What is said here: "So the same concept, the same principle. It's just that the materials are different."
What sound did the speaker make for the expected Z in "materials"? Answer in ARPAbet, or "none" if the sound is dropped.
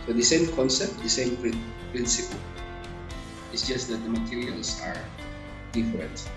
S